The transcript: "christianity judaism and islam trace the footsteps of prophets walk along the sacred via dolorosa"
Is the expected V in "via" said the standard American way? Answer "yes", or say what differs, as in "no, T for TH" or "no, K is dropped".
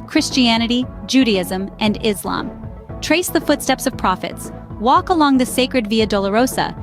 yes